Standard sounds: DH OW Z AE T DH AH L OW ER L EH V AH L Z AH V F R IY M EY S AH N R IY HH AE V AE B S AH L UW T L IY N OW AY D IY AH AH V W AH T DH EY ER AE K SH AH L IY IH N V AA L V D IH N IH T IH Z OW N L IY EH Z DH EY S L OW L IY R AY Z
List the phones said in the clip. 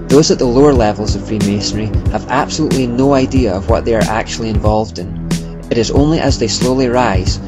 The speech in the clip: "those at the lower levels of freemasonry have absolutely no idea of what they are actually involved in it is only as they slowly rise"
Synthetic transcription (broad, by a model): DH OW Z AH T DH AH L OW ER L EH V AH L Z AH V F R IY M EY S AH R IY HH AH V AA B S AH L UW T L IY N OW AY D IY AH AH V W AH T DH EY ER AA K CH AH L IY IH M V AA L V D IH N IH T IH Z OW N L IY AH Z DH EY S L OW L IY R AY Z